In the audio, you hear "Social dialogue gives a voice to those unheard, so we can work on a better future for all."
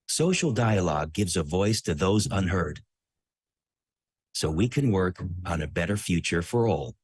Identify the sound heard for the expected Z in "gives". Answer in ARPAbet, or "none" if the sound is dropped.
Z